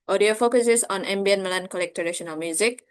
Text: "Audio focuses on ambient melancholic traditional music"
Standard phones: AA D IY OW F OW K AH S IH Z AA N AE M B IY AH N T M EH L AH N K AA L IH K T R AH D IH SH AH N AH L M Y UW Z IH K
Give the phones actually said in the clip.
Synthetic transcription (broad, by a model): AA D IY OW F OW K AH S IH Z AA N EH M B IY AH N M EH L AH N K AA L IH K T AH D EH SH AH N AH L M Y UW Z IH K